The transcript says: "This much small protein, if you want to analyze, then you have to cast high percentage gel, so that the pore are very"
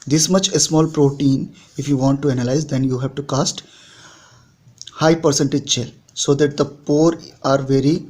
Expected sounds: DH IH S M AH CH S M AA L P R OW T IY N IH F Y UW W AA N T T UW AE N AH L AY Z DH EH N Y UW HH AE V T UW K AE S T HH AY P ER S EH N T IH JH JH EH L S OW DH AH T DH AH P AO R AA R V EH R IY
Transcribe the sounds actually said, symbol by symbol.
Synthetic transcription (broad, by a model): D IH S M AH CH S M AA L P R OW T IY N IH F Y UW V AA N T T UW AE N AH L AY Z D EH N Y UW HH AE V T UW K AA S T HH AY P ER S EH N T IH JH CH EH L S OW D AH T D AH P AO R AA R V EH R IY